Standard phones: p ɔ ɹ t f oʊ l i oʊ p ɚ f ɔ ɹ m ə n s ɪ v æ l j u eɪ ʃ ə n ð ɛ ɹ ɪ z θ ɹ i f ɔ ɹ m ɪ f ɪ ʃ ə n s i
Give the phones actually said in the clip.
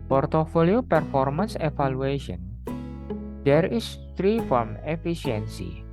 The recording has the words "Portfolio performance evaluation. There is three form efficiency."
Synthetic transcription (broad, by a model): p ɔ ɹ t f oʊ l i oʊ p ɚ f ɔ ɹ m ə n s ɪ f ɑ l u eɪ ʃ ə n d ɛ ɹ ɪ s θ ɹ i f ɔ ɹ m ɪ f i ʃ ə n s i